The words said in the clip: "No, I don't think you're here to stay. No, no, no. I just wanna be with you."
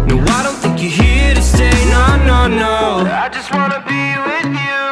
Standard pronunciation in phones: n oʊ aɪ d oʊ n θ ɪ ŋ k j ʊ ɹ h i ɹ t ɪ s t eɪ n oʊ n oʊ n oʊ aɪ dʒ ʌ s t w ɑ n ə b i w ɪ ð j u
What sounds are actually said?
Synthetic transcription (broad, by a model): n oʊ aɪ d oʊ n θ ɪ ŋ k j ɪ h i ɹ t ɪ s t eɪ n oʊ n oʊ n oʊ aɪ dʒ ʌ s t w ɑ n ə b i w ɪ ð j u